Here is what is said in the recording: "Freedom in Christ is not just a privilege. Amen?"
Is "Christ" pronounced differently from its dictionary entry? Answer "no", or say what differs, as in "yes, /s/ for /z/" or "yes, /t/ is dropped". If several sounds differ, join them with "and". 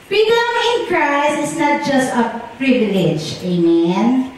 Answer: yes, /t/ is dropped